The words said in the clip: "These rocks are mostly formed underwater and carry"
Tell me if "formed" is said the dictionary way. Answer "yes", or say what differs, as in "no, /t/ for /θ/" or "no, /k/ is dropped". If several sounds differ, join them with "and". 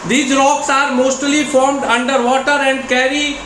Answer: yes